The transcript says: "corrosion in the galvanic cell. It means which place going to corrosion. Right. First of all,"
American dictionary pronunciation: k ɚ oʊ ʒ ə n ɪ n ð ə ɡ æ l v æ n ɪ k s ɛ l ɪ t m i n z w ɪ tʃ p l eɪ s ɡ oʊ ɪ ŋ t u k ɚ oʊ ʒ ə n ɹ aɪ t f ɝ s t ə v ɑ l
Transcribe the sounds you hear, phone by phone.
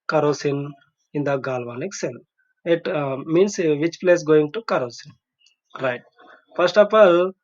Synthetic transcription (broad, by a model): k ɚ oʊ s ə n ɪ n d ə ɡ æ l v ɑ n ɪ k s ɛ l ɪ t m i n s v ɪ tʃ p l eɪ s ɡ oʊ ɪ ŋ t u k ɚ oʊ s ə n ɹ aɪ t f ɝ s t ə f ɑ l